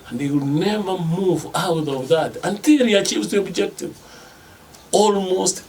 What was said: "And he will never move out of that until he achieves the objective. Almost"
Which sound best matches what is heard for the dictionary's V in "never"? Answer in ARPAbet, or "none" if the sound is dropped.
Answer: V